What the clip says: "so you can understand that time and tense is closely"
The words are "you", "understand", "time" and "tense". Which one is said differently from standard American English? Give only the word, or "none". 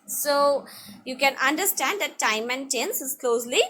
none